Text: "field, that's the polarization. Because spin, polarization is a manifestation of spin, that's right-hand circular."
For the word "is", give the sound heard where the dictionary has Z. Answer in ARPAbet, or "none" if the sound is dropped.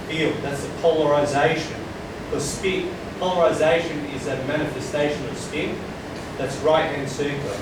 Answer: Z